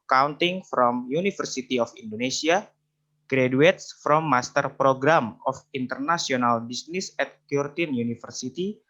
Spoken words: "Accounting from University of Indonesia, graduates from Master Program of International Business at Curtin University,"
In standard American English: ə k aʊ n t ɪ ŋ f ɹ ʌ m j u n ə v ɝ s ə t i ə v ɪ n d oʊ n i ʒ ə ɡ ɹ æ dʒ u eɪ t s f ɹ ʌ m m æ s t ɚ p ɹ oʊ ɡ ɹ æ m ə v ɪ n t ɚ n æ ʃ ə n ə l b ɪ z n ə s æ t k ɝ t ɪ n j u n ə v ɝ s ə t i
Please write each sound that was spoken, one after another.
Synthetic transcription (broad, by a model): k aʊ n t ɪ ŋ f ɹ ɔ m j u n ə f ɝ s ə t i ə f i n d oʊ n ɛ s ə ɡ ɹ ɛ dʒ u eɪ t s f ɹ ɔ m m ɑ s t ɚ p ɹ oʊ ɡ ɹ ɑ m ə f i n t ɚ n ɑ s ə n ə l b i s n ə s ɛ t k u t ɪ n j u n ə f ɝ s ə t i